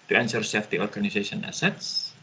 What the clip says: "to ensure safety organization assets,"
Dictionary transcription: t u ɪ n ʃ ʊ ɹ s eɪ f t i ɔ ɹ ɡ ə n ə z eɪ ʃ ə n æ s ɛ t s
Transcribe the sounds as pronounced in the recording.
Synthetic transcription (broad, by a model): t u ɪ n s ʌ ɹ s eɪ f t i ɔ ɹ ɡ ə n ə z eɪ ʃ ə n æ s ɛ t s